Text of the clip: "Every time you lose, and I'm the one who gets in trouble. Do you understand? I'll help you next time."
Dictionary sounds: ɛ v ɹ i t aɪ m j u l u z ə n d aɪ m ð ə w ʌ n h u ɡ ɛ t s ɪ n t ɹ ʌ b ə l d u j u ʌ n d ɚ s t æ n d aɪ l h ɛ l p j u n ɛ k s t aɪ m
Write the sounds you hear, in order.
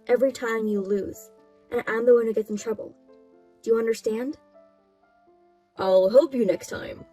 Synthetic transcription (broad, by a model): ɛ v ɹ i t aɪ m j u l u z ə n aɪ m ð ə w ʌ n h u ɡ ɛ t s n t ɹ ʌ b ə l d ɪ j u ʌ n d ɚ s t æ n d aɪ l h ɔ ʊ p j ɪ n ɛ k s t aɪ m